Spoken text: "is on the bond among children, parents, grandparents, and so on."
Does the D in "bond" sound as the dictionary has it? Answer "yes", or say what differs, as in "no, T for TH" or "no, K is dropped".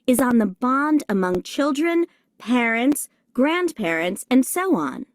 yes